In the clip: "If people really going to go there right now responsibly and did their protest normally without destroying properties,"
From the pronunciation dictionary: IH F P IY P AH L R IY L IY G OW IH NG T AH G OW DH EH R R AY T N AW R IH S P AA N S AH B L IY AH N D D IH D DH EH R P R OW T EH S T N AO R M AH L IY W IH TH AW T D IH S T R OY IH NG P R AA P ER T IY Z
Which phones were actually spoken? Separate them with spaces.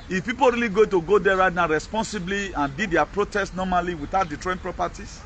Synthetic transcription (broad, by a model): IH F P IY P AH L R IY L IY G OW T AH G OW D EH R R AY T N AW R IH S P AA N S AH B L IY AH N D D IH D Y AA P R OW T EH S T N AO M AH L IY W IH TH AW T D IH T R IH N P R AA P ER T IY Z